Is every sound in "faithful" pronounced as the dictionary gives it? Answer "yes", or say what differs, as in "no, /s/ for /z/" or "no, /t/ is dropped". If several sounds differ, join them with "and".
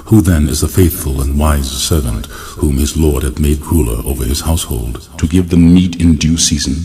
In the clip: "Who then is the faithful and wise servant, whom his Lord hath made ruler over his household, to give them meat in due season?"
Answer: yes